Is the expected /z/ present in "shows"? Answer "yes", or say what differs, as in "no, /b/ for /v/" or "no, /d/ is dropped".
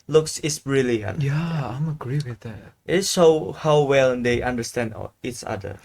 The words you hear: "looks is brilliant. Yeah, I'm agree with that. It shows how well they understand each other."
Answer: no, /z/ is dropped